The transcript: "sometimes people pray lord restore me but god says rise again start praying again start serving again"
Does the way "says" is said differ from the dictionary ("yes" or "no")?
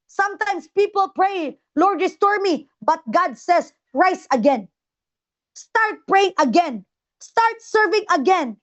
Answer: yes